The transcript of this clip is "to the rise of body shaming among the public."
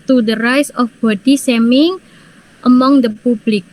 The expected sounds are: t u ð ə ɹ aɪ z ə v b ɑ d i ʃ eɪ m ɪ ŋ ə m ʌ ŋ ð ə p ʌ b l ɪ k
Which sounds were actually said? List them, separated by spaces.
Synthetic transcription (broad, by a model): t u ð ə ɹ aɪ s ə f b ɑ d i s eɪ m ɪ ŋ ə m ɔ ŋ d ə p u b l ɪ k